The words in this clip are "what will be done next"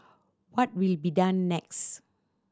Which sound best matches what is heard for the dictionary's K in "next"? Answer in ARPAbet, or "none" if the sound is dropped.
K